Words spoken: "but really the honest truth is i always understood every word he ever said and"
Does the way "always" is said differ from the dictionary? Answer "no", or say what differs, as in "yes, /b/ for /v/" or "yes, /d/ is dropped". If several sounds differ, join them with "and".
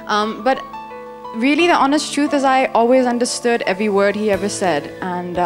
no